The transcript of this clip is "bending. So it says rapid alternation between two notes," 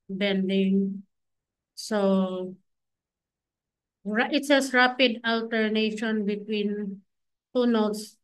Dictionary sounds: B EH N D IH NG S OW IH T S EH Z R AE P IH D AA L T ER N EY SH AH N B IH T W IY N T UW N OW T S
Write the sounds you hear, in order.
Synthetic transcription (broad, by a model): B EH N D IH NG S OW IH T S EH S R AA P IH D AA L T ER N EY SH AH N B IH T W IY N T UW N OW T S